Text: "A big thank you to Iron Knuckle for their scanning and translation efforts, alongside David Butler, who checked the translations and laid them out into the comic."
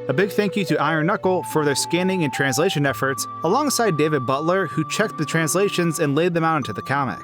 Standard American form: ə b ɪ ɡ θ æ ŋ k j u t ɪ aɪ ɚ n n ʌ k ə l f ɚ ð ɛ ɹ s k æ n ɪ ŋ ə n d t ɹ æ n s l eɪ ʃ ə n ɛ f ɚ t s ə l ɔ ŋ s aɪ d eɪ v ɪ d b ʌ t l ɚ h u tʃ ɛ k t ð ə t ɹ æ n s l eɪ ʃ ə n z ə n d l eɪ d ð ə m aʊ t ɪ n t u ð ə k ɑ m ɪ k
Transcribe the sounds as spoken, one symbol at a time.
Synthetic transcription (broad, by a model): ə b ɪ ɡ θ æ ŋ k j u t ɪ aɪ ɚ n n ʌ k l f ɚ ð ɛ ɹ s k æ n ɪ ŋ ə n t ɹ æ n s l eɪ ʃ ə n ɛ f ɚ t s ə l ɔ ŋ s aɪ d eɪ v ɪ d b ʌ t l ɚ h u tʃ ɛ k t ð ə t ɹ æ n s l eɪ ʃ ə n z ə n l eɪ d ð ə m aʊ t ɪ n t u ð ə k ɑ m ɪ k